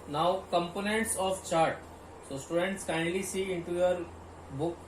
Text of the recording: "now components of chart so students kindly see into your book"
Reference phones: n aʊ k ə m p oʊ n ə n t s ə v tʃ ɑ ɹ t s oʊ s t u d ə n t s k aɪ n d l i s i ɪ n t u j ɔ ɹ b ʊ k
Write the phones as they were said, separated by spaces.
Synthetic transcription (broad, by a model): n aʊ k ə m p oʊ n ə n t s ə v tʃ ɑ ɹ t s oʊ s t u d ə n t s k aɪ n d l i s i ɪ n t u j ɔ ɹ b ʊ k